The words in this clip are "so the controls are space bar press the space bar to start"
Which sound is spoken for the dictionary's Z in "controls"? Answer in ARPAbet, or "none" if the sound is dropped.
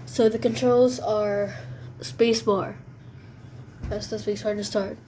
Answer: Z